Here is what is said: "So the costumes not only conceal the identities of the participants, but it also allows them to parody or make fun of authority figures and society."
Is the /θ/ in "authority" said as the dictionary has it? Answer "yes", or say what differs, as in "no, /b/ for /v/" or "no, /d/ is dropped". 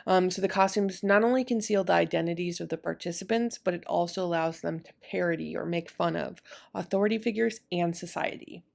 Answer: yes